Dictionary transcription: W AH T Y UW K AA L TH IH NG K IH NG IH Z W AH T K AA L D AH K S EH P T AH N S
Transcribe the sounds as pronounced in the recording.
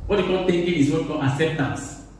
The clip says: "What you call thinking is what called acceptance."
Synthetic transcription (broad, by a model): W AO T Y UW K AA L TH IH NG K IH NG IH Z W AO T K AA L AH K S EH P T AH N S